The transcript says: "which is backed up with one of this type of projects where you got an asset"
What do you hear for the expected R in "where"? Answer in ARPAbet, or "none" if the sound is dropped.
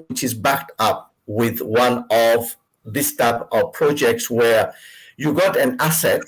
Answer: R